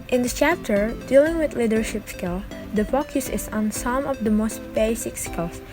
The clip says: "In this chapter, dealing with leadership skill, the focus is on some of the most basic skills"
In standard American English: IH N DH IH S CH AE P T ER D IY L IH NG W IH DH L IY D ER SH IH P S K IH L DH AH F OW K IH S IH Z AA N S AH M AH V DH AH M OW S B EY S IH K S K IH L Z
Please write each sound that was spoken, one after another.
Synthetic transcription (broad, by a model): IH N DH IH CH AE P T ER D IY L IH NG W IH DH L IY D ER SH IH P S K IH L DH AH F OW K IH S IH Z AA N S AH M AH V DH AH M OW S B EY S IH K S K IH L